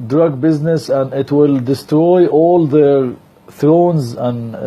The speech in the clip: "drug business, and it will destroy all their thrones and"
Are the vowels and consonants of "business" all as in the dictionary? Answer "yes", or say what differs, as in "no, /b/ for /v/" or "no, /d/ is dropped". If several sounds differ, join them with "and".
yes